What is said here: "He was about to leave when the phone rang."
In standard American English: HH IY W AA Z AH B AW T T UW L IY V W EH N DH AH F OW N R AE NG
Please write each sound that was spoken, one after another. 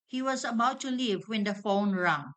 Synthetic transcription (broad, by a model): HH IY W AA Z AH B AW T T UW L IY V W EH N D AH F OW N R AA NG